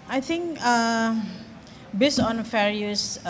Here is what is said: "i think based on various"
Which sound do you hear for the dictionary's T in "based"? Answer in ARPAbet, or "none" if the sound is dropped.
none